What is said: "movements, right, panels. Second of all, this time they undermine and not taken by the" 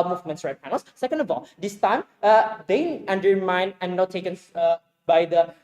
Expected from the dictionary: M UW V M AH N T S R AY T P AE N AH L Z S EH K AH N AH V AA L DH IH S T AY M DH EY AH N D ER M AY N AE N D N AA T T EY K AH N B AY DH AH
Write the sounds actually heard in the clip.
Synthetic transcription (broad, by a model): M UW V M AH N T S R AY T P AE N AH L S S EH K AH N AH V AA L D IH S T AY M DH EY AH N D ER M AY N N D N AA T T EY K AH N B AY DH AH